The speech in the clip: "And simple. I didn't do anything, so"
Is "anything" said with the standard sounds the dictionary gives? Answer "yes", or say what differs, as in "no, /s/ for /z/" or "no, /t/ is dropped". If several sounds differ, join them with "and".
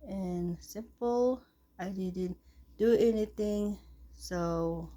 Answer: no, /t/ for /θ/